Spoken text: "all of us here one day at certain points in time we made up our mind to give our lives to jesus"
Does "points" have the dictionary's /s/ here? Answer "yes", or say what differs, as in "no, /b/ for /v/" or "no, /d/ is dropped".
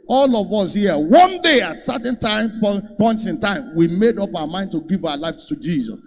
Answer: yes